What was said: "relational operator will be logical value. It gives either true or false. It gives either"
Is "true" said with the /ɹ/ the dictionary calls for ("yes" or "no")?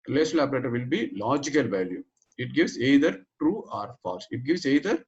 yes